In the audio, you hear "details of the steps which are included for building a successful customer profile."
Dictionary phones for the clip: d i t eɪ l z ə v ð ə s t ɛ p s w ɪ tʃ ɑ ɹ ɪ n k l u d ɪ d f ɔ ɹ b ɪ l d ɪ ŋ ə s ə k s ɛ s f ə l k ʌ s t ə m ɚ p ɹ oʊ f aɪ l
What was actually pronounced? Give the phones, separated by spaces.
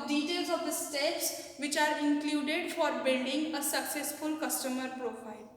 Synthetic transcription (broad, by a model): d i t eɪ l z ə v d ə s t ɛ p s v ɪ tʃ ɑ ɹ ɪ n k l u d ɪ d f ɔ ɹ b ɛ n d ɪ ŋ ə s ə k s ɛ s f ə l k ʌ s t ə m ɚ p ɹ oʊ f aɪ l